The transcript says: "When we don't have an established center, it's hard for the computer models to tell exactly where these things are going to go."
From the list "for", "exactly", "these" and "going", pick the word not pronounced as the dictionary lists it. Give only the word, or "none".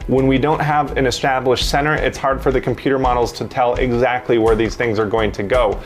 none